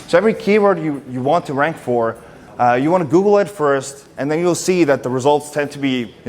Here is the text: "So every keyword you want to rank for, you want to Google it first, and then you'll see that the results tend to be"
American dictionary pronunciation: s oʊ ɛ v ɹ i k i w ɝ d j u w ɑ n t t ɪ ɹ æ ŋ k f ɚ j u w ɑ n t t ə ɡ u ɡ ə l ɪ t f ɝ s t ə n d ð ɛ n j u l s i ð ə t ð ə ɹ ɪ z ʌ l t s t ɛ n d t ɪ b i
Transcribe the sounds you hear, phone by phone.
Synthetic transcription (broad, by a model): s oʊ ɛ v ɹ i k i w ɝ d j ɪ w ɑ n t t ɪ ɹ æ ŋ k f ɚ j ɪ w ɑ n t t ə ɡ u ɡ l ɪ t f ɝ s t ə n ð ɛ n j u l s i ð ə t ð ə ɹ ɪ z ʌ l t s t ɛ n t ɪ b i